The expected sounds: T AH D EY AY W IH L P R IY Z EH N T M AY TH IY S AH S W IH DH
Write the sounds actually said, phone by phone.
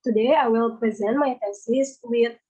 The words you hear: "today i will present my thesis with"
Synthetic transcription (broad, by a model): T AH D EY AY W IH L P R IY Z EH N T M AY F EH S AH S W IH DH